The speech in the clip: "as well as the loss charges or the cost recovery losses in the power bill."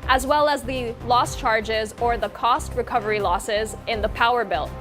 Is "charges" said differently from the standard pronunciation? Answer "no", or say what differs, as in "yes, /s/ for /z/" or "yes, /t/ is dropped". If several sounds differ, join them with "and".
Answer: no